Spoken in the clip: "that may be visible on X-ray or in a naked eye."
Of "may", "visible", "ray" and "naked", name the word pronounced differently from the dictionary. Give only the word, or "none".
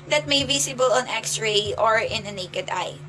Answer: visible